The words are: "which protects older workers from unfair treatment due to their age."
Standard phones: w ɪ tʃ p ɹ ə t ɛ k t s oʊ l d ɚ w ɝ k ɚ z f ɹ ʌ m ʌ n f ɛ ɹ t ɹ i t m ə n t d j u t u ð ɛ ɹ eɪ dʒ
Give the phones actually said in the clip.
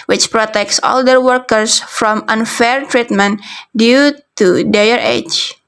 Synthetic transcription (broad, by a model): w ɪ tʃ p ɹ ə t ɛ k t s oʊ l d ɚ w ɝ k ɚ s f ɹ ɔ m ʌ n f ɛ ɹ t ɹ i t m ə n t d j u t u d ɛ ɹ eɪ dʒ